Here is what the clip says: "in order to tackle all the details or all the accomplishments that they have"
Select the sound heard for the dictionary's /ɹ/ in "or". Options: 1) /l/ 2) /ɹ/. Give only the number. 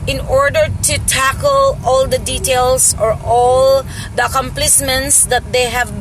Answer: 2